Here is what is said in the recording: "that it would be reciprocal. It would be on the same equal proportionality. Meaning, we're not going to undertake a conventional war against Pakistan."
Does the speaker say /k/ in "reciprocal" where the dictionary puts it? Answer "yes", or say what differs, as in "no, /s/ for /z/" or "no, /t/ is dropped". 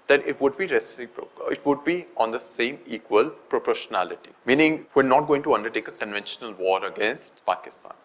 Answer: no, /k/ is dropped